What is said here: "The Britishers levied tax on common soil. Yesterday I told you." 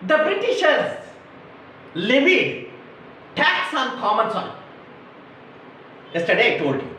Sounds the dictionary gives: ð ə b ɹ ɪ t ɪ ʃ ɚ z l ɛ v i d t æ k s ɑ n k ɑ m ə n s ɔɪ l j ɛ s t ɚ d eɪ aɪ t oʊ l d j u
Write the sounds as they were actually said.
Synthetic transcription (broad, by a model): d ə b ɹ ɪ t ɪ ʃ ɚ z l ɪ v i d t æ k s ɑ n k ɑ m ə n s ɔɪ n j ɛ s t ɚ d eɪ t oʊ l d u